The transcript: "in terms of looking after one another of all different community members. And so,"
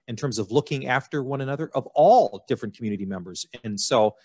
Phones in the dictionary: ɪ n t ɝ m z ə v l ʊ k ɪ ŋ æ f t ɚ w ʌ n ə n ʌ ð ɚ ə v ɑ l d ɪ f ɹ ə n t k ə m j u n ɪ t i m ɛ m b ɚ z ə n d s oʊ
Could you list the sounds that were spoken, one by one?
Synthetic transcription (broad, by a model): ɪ n t ɝ m z ə v l ʊ k ɪ ŋ æ f t ɚ w ʌ n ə n ʌ ð ɚ ə v ɑ l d ɪ f ɹ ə n k m j u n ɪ t i m ɛ m b ɚ z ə n s oʊ